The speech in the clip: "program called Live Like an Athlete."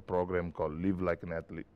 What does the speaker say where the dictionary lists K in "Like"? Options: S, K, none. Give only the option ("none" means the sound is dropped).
K